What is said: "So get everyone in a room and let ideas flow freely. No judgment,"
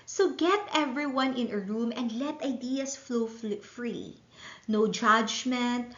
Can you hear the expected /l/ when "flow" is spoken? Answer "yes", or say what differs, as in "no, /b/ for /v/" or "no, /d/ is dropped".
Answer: yes